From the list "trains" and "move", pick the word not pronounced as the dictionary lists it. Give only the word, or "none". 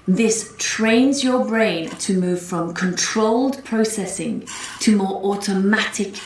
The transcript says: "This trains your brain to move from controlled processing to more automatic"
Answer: none